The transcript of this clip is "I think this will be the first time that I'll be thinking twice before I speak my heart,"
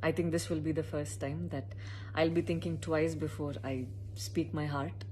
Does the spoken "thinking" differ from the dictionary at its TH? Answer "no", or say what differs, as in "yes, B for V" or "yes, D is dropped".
yes, T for TH